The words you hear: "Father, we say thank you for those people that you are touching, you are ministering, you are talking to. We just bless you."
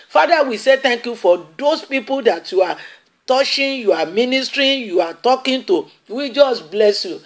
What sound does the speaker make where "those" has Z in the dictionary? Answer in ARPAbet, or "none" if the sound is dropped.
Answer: S